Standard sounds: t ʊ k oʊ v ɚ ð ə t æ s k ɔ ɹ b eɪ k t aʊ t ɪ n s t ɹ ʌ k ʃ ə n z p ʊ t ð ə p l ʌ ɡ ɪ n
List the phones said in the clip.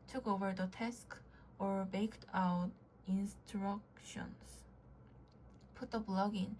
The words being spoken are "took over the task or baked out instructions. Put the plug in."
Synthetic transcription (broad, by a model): t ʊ k oʊ v ɚ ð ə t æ s k ɔ ɹ b eɪ k t aʊ t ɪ n s t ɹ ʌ k ʃ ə n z p ʊ t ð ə b l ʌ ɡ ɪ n